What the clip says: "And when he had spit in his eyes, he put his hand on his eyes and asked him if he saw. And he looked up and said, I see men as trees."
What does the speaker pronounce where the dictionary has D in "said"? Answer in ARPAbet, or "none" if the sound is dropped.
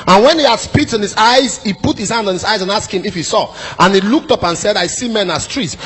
D